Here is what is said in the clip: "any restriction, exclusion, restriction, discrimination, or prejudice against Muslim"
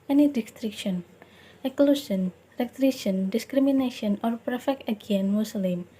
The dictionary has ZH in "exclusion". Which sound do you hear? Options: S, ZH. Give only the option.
S